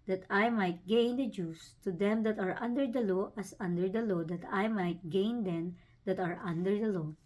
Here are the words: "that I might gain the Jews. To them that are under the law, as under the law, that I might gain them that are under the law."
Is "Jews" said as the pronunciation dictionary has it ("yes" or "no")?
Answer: no